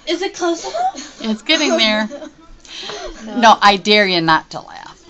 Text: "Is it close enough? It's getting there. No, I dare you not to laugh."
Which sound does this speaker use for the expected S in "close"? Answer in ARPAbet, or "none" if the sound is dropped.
none